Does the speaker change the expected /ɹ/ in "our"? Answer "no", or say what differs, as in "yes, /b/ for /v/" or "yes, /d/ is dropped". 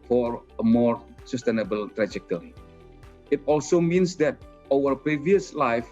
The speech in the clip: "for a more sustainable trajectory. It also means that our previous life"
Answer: yes, /w/ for /ɹ/